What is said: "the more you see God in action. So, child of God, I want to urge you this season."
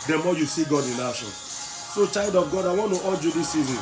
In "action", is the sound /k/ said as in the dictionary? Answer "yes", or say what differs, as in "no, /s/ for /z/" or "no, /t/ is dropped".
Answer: no, /k/ is dropped